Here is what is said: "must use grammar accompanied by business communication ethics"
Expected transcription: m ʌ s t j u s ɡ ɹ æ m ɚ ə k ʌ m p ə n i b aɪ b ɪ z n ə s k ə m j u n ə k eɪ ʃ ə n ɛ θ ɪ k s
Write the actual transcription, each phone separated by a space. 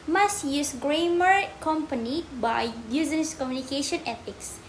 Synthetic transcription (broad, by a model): m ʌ s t j u s ɡ ɹ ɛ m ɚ k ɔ m p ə n i b aɪ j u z ə s k ə m j u n ə k eɪ ʃ ə n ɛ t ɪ k s